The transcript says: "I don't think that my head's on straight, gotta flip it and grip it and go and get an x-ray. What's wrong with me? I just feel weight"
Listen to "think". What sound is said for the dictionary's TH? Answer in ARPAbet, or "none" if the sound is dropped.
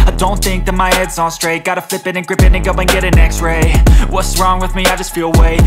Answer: TH